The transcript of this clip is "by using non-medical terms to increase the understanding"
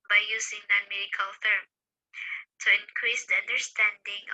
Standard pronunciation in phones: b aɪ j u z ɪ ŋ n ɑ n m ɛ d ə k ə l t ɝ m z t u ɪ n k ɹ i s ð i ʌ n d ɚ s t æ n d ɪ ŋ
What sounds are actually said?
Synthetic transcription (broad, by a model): b aɪ j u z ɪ ŋ n ɑ n m ɛ d ə k ə l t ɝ m t u ɪ n k ɹ i s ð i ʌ n d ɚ s t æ n d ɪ ŋ